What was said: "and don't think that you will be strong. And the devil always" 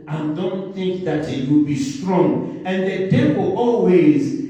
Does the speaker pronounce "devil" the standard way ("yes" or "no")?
no